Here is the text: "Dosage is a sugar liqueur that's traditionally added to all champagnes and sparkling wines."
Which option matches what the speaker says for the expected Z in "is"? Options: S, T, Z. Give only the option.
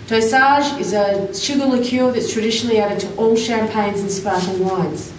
Z